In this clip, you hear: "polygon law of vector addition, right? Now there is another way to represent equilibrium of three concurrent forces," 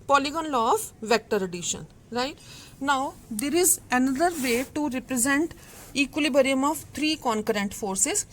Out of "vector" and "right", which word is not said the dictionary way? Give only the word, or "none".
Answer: none